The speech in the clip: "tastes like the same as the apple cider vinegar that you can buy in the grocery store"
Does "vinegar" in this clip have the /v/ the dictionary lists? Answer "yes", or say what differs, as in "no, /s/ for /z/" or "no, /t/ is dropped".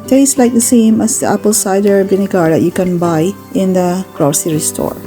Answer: no, /b/ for /v/